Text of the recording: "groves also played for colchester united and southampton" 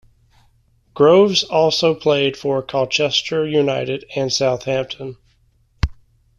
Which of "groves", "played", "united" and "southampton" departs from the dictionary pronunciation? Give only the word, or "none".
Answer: none